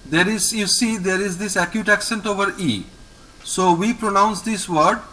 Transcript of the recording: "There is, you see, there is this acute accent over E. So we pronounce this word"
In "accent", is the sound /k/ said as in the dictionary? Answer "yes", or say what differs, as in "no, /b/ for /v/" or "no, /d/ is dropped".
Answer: yes